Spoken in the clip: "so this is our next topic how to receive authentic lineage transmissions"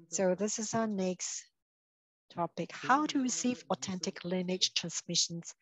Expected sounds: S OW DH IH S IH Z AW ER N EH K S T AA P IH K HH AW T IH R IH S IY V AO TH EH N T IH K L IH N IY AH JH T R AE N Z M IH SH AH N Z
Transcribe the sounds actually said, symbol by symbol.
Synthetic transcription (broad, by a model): S OW DH IH S IH Z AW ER N EH K S T AA P IH K HH AW T IH R IH S IY V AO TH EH N T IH K L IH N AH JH T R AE N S M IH SH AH N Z